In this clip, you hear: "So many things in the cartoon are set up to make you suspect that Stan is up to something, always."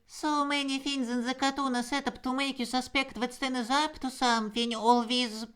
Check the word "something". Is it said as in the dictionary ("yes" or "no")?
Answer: no